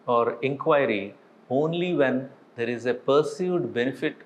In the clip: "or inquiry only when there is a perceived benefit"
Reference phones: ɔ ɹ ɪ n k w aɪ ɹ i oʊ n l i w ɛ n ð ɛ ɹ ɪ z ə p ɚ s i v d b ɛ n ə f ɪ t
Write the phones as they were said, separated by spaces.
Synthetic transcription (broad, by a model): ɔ ɹ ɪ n k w aɪ ɹ i oʊ n l i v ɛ n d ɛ ɹ ɪ z ə p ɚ s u d b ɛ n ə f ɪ t